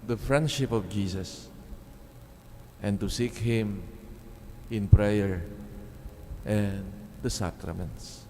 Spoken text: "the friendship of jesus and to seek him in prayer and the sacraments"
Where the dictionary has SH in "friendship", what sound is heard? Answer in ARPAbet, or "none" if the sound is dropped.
SH